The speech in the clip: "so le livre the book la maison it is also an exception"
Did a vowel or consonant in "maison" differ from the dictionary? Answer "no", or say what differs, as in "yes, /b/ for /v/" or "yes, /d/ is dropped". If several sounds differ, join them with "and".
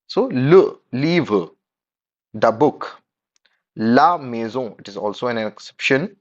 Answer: yes, /n/ is dropped